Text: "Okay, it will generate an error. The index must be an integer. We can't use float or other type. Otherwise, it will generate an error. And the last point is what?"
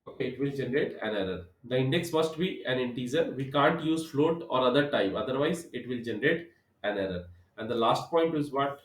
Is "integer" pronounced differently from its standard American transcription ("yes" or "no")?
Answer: yes